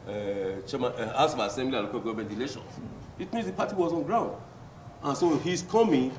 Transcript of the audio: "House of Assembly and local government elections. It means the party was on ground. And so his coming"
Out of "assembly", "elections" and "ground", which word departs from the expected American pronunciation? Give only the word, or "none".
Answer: elections